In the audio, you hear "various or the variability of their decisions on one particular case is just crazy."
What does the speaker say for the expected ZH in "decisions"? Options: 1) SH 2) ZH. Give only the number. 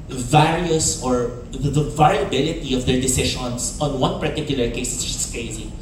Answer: 1